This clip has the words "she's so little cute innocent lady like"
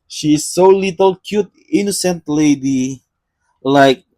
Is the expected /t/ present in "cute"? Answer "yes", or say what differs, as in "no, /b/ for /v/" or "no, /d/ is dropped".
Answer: yes